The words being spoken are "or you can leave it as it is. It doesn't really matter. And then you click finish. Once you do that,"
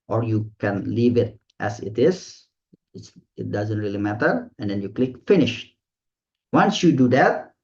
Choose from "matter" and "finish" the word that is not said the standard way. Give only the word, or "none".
none